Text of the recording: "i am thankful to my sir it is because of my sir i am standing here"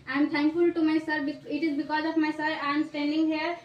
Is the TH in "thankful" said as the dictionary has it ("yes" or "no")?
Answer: no